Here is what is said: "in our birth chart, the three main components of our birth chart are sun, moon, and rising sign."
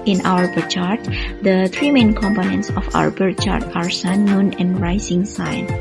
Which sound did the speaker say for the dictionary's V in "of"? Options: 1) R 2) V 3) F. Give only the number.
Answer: 3